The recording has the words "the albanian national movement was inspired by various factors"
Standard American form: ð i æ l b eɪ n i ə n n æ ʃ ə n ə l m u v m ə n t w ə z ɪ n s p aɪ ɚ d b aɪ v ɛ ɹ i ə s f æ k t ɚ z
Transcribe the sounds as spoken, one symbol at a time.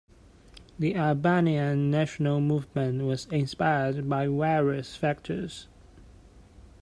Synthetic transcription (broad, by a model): ð i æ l b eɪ n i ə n n æ ʃ ə n ə l m u v m ə n t w ə z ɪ n s p aɪ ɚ d b aɪ w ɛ ɹ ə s f æ k t ɚ z